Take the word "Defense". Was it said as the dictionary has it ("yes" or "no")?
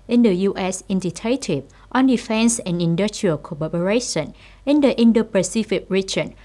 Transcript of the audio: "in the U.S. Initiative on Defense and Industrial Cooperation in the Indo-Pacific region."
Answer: yes